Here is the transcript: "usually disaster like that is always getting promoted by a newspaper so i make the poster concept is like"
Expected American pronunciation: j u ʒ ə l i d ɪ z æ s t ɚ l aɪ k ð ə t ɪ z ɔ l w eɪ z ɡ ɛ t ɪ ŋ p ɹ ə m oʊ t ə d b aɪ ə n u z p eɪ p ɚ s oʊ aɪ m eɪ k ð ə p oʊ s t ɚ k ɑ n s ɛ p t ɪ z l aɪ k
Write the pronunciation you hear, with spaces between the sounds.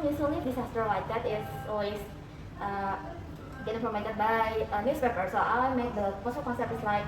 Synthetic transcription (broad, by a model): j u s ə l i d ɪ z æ s t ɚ l aɪ k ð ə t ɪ s ɔ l w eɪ s ɡ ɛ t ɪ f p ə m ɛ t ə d b aɪ ə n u s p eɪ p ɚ s oʊ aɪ m eɪ k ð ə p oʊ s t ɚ k ɑ n s ɛ p t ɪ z l aɪ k